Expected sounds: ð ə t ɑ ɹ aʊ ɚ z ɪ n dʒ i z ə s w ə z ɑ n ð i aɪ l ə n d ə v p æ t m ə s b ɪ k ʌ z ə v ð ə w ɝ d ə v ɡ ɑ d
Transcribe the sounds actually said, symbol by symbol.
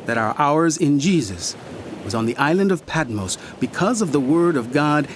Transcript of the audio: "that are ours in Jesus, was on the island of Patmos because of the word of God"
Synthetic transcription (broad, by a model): ð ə t ɑ ɹ aʊ ɚ z ɪ n dʒ i z ə s w ə z n ð i aɪ l ə n d ə v p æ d m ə s b ɪ k ʌ z ə v ð ə w ɝ d ə v ɡ ɑ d